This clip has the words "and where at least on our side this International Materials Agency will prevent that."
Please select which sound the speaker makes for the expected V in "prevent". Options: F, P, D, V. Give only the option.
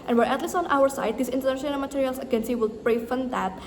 F